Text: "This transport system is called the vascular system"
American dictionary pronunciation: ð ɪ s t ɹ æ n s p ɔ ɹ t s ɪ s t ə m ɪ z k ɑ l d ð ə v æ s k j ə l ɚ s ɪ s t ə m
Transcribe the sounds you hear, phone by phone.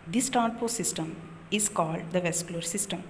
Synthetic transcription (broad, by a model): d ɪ s t æ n p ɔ s ɪ s t ə m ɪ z k ɑ l d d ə v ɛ s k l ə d s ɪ s t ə m